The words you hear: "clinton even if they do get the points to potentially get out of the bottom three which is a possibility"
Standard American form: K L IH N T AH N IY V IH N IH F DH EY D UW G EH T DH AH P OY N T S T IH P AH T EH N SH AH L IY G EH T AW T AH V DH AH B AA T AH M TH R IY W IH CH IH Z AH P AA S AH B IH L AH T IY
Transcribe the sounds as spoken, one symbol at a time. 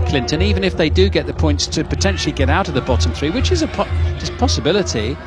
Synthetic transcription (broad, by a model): K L IH N T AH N IY V IH N IH F DH EY D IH G EH T DH AH P OY N T S T IH P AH T EH N SH L IY G EH T AW T AH V DH AH B AA T AH M TH R IY W IH CH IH Z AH P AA S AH B IH L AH T IY